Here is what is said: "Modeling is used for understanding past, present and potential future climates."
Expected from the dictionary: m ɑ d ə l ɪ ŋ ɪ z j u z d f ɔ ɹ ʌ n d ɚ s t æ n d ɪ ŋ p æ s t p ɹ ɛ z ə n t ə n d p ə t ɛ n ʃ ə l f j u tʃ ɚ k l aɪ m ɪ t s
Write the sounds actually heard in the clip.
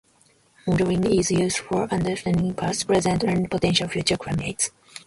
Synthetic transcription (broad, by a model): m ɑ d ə ɪ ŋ ɪ z j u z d f ɔ ɹ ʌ n d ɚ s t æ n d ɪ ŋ p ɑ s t p ɹ ɛ z ə n t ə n p ə t ɛ n ʃ ə l f j u tʃ ɚ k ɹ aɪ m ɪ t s